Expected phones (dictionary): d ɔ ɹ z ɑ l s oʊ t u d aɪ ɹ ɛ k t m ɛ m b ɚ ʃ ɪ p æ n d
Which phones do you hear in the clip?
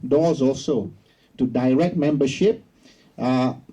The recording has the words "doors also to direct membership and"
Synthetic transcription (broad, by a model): d ɔ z ɑ l s oʊ t u d aɪ ɹ ɛ k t m ɛ m b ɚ ʃ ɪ p